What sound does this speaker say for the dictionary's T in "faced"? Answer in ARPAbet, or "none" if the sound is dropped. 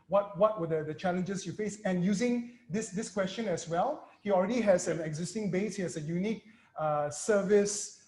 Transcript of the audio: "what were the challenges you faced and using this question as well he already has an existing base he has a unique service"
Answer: none